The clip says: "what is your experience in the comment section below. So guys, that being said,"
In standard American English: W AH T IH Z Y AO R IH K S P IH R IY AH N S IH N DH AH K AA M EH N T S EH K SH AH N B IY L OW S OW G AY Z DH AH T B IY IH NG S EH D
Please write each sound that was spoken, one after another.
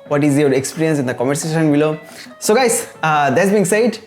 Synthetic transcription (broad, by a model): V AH T IH Z Y AO R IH K S P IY R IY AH N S IH N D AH K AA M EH T S EH SH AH N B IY L OW S OW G AY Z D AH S B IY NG S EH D